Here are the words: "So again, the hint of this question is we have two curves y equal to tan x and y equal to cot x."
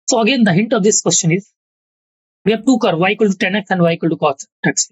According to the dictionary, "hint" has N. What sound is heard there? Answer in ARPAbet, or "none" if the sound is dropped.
N